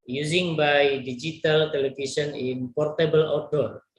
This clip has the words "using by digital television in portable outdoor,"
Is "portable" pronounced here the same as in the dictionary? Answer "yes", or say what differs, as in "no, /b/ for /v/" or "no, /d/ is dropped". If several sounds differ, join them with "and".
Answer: yes